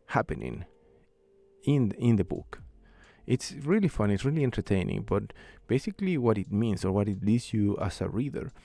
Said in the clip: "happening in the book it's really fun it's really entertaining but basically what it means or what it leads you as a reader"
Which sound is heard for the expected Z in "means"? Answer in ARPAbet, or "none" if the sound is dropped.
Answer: S